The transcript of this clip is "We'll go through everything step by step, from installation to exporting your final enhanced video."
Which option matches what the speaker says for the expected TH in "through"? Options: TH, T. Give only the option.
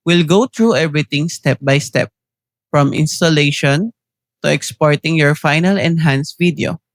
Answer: T